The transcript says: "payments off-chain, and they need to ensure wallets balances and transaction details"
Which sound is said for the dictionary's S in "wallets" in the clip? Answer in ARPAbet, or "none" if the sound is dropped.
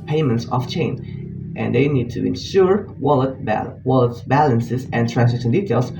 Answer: none